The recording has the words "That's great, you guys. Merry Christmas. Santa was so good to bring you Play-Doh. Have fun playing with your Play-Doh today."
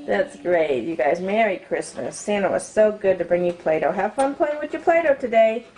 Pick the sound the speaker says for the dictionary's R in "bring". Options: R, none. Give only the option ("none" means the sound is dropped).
R